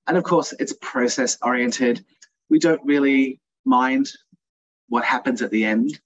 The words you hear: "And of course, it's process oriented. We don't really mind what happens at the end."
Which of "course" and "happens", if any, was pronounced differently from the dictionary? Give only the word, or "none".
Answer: none